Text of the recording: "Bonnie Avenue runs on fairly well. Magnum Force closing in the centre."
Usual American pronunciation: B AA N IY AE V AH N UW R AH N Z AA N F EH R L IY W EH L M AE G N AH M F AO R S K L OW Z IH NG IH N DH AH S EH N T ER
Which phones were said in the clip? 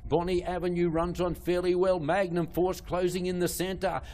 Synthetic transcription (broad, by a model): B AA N IY AE V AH N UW R AH N Z N F EH R L IY W EH L M AE G N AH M F AO R S K L OW Z IH NG IH N DH AH S EH N T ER